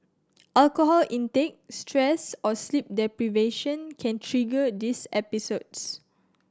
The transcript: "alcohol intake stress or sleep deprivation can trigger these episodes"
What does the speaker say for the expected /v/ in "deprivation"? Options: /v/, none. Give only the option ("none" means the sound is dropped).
/v/